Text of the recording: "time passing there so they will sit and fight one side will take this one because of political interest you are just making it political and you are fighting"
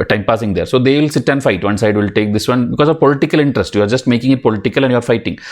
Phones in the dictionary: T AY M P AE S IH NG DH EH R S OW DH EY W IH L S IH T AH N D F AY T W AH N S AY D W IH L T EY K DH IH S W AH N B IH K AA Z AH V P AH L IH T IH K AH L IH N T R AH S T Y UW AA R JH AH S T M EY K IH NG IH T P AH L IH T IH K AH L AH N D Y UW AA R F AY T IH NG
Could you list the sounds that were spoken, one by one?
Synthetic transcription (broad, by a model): T AY M P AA S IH NG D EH R S OW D EY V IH L S IH T AH N D F AY T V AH N S AY D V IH L T EY K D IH S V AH N B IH K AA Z AH V P AH L IH T IH K AH L IH N T R AH S T Y UW AA R JH AH S T M EY K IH NG IH T P AH L IH T IH K AH L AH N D Y UW AA R F AY T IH NG